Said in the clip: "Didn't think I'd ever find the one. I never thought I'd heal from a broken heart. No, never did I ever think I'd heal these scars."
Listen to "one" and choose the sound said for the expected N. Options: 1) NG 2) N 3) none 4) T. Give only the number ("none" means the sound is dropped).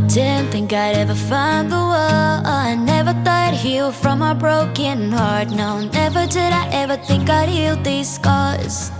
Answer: 3